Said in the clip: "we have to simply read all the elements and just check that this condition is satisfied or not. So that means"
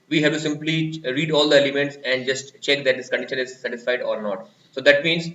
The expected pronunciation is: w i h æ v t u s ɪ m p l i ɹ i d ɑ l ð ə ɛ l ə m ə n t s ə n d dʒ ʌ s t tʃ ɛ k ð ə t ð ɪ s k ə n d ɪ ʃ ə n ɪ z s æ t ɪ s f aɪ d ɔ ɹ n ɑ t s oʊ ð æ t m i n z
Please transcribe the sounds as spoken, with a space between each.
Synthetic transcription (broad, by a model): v i h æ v t u s ɪ m p l i ɹ i d ɑ l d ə ɛ l ə m ə n t s ə n d dʒ ʌ s t tʃ ɛ k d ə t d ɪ s k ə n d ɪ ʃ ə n ɪ z s æ t ɪ s f aɪ d ɔ ɹ n ɑ t s oʊ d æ t m i n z